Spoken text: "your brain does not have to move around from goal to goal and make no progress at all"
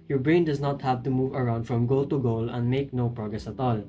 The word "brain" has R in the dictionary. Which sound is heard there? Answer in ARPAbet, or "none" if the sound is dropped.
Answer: R